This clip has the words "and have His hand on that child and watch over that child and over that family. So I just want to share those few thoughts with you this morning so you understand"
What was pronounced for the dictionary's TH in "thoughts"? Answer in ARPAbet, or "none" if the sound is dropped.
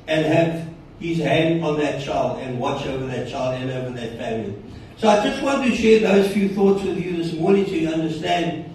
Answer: TH